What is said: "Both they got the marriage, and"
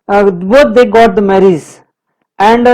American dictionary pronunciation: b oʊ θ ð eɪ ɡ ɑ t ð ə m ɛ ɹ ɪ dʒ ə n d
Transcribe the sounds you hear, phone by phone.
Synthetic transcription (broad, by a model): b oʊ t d eɪ ɡ ɑ t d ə m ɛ ɹ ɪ z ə n d